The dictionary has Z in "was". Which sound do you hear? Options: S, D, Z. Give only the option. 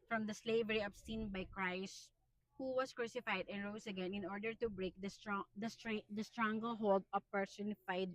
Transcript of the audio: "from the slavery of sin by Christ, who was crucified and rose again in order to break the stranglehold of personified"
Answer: S